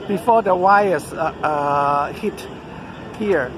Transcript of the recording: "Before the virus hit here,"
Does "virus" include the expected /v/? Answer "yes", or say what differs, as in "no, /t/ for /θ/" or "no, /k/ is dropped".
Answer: no, /w/ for /v/